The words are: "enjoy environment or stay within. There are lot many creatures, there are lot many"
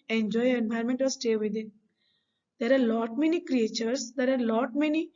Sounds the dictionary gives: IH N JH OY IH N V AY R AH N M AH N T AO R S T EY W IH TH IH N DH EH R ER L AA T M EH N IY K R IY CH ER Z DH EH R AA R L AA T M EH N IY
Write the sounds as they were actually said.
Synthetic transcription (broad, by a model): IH N JH OY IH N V AY AH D M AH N T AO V S T EY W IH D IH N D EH R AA L AA T M EH N IY K R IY CH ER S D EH R AA R L AA T M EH N IY